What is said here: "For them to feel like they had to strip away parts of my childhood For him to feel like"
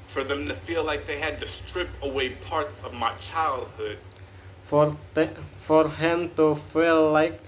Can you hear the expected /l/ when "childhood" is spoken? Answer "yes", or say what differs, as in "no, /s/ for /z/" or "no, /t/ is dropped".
yes